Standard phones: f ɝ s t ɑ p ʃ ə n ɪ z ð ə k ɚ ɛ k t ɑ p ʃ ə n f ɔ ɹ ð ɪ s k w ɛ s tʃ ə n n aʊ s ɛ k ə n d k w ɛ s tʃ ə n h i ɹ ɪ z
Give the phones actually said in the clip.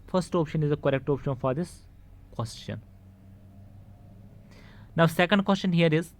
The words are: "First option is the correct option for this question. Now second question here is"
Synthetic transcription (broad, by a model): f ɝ s t ɑ p ʃ ə n ɪ z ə k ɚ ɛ k t ɑ p ʃ ə n f ɔ ɹ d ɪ s k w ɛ s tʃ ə n n aʊ s ɛ k ə n d k w ɛ s tʃ ə n h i ɹ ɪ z